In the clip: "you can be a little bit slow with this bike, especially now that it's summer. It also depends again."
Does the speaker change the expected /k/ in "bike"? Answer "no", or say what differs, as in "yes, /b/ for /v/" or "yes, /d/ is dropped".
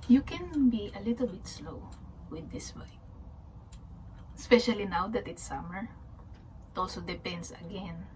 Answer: yes, /k/ is dropped